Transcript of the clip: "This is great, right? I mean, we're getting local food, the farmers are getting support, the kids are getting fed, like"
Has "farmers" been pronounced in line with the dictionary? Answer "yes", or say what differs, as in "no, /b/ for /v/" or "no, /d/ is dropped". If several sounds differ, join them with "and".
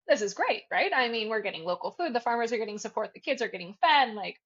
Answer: yes